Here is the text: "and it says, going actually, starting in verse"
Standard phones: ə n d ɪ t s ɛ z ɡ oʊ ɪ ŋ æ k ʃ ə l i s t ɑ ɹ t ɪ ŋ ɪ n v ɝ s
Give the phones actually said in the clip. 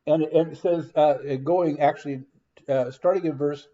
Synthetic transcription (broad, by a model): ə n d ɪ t s ɛ z ɡ oʊ ɪ ŋ æ k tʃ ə l i s t ɑ ɹ t ɪ ŋ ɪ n v ɝ s